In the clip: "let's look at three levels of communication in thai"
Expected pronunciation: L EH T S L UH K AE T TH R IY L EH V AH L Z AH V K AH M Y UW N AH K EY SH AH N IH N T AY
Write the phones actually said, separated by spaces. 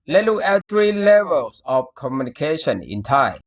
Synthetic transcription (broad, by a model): L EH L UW AE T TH R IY L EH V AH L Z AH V K AH M Y UW N AH K EY SH AH N IH N T AY